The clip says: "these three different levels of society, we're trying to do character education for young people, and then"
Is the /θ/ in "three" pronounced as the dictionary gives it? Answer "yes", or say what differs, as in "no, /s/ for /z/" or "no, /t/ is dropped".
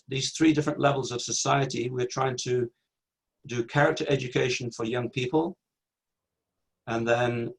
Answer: yes